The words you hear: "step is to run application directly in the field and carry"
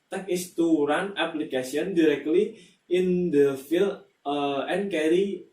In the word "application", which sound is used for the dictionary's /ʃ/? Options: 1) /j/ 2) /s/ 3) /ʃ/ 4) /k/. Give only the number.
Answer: 2